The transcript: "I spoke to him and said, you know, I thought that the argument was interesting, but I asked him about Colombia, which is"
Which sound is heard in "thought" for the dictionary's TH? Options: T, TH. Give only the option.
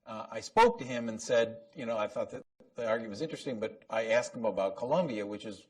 TH